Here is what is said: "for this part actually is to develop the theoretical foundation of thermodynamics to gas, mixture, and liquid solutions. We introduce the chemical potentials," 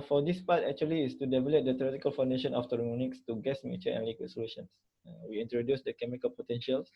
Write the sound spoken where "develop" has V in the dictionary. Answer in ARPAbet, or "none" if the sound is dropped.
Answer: V